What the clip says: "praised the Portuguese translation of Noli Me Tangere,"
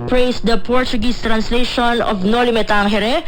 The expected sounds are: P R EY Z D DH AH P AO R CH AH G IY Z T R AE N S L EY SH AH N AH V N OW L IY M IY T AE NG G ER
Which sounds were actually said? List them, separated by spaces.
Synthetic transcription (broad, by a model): P R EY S D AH P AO R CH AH G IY S T R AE N S L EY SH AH N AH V N OW L IY M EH T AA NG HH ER